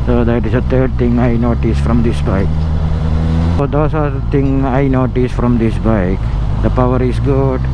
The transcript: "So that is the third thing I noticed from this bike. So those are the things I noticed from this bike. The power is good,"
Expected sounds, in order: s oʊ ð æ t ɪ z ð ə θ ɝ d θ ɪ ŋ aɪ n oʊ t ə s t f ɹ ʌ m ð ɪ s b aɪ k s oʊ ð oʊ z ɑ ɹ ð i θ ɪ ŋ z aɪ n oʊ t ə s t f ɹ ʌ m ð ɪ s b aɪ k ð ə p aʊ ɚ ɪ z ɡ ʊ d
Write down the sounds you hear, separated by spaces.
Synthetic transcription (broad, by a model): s oʊ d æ t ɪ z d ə t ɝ d t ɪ ŋ aɪ n oʊ t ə s f ɹ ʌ m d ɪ s b aɪ k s oʊ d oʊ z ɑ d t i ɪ ŋ aɪ n oʊ t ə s f ɹ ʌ m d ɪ s b aɪ k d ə p aʊ ɚ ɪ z ɡ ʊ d